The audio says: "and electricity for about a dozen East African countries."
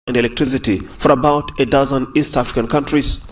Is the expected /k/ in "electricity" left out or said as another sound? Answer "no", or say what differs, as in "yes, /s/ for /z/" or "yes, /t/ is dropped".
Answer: no